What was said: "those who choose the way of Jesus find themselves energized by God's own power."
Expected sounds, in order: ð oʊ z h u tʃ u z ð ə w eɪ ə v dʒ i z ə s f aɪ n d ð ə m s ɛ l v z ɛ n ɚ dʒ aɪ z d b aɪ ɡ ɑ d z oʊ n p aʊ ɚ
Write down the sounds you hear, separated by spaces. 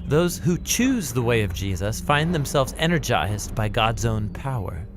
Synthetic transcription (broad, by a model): ð oʊ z h u tʃ u z ð ə w eɪ ə v dʒ i z ə s f aɪ n ð ə m s ɛ l v z ɛ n ɚ dʒ aɪ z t b aɪ ɡ ɑ d z oʊ n p aʊ ɚ